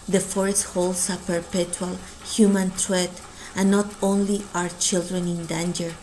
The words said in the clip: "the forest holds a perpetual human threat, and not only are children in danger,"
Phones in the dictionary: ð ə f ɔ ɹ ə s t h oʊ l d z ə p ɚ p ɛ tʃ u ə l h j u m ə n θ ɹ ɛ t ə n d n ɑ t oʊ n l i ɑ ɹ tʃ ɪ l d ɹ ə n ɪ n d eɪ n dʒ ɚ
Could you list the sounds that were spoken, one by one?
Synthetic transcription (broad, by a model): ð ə f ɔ ɹ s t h oʊ l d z ə p ɚ p ɛ tʃ u ə l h j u m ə n t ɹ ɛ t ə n n ɑ t oʊ n l i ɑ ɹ tʃ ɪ l d ɹ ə n ɪ n d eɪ n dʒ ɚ